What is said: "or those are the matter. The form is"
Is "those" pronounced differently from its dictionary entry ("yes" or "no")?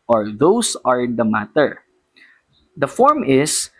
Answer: yes